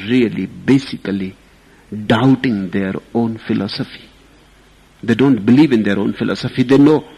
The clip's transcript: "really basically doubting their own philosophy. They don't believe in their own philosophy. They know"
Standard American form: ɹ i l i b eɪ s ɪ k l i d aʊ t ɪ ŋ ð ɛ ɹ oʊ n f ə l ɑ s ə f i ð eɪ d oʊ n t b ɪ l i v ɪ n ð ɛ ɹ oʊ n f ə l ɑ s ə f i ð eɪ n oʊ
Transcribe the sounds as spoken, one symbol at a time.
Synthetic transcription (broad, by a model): ɹ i l i b eɪ s ɪ k l i d aʊ t ɪ ŋ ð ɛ ɹ oʊ n f ə l ɑ s ə f i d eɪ d oʊ n t b ɪ l i v ɪ n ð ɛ ɹ oʊ n f ə l ɑ s ə f i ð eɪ n oʊ